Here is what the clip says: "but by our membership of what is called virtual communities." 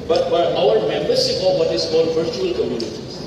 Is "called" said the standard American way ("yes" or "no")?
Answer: no